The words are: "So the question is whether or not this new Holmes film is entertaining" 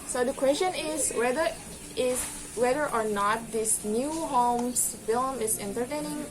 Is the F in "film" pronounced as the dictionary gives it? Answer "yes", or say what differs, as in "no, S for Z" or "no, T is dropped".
yes